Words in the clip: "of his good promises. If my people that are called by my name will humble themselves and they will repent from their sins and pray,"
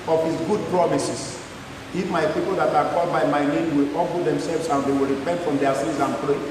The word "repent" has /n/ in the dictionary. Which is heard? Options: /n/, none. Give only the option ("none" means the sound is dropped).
/n/